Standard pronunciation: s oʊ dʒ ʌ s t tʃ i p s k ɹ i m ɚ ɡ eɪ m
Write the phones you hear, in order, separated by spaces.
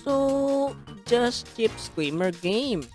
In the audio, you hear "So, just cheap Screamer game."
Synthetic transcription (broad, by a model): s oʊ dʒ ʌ s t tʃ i p s k l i m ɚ ɡ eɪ m